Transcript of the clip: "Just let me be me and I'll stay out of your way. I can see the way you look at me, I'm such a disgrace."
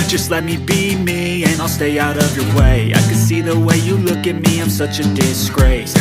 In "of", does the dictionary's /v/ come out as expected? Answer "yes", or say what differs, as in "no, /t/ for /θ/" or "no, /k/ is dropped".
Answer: yes